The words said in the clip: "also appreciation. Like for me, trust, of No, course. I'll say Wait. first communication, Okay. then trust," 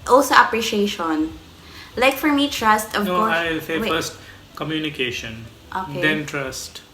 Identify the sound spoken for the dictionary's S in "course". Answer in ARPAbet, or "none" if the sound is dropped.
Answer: none